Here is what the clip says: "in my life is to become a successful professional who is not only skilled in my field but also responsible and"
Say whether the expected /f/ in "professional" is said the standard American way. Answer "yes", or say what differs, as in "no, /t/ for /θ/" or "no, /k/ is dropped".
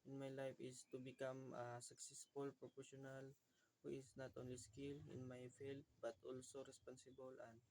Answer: no, /p/ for /f/